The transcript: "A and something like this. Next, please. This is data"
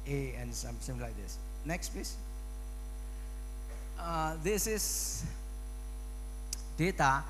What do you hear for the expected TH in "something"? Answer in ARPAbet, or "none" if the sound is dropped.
S